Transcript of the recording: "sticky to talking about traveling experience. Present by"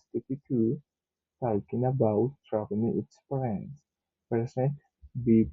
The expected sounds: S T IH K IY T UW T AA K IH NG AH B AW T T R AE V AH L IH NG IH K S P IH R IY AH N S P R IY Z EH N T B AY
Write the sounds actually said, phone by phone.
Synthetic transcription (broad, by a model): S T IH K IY T UW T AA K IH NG AH B AW T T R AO P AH N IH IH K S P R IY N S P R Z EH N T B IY